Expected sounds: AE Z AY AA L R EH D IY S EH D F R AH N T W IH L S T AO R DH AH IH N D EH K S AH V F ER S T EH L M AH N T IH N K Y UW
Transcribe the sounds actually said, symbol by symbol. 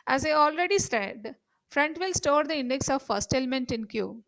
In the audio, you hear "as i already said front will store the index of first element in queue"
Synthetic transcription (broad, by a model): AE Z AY AA L R EH D IY S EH D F R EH N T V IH L S T AO R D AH IH N D EH K S AH V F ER S T EH L M AH N T IH N K Y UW